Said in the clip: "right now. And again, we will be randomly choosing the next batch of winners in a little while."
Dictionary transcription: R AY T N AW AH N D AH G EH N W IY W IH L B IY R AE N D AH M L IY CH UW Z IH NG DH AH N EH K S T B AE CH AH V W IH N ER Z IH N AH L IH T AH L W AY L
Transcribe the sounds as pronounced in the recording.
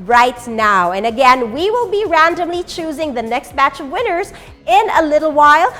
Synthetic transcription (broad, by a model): R AY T N AW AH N AH G EH N W IY W IH L B IY R AE N D AH M L IY CH UW Z IH NG DH AH N EH K S T B AE CH AH V W IH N ER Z IH N AH L IH T L W AY L